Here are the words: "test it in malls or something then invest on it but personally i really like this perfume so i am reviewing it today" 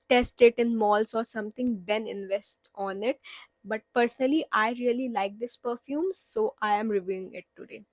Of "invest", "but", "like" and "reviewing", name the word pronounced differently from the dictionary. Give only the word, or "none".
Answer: none